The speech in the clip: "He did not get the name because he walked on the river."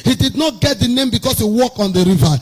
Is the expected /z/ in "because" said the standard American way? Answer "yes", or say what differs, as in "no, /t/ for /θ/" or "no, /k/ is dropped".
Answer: no, /s/ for /z/